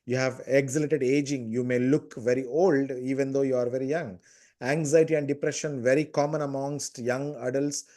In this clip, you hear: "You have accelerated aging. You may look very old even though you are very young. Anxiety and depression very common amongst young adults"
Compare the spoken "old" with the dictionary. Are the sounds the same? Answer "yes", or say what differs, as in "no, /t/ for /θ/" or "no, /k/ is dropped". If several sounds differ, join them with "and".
yes